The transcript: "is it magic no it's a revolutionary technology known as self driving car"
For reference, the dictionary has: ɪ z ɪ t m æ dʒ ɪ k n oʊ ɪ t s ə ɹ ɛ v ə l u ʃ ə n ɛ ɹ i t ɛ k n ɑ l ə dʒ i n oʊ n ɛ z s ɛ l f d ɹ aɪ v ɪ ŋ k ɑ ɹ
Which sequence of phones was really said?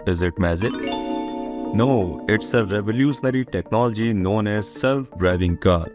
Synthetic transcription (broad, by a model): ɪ z ɪ t m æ z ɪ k n oʊ ɪ t s ə ɹ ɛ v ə l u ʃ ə n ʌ ɹ i t ɛ k n ɑ l ə dʒ i n oʊ n ɛ z s ɛ l f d ɹ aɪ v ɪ ŋ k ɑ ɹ